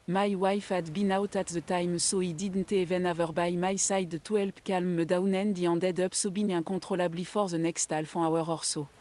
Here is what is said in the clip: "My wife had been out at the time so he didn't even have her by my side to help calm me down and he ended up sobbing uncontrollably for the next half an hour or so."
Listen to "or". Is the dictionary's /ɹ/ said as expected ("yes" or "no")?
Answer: yes